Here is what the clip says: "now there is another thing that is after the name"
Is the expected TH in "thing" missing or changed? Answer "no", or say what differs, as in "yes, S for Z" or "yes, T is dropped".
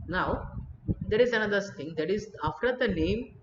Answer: yes, S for TH